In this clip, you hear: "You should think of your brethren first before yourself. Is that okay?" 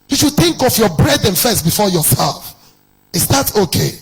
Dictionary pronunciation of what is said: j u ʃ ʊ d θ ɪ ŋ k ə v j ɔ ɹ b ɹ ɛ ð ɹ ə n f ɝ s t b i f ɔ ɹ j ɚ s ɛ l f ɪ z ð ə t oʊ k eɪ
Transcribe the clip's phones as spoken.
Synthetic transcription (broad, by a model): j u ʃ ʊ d θ ɪ ŋ k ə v j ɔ b ɹ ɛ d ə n f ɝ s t b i f ɔ j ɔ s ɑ f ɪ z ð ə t oʊ k eɪ